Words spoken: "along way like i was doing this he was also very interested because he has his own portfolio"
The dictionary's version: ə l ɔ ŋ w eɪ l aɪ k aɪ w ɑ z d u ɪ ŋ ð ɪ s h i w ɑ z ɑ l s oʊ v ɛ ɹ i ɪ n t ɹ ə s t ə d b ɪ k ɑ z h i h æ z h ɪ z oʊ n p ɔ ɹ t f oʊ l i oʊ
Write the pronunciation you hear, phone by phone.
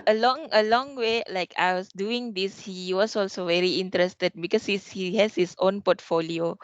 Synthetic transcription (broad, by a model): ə l ɔ ŋ w eɪ l aɪ k aɪ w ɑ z d u ɪ ŋ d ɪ s h i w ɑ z ɑ l s oʊ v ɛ ɹ i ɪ n t ɹ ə s t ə d b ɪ k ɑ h h i h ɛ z h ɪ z oʊ n p ɔ t f oʊ l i oʊ